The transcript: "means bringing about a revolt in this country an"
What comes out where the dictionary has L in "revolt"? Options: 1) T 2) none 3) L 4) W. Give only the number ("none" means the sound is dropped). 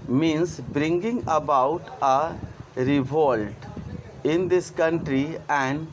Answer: 3